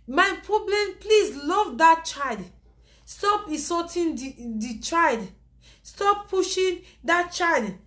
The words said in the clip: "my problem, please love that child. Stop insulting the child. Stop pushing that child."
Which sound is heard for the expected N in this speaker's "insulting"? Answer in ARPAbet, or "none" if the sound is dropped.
none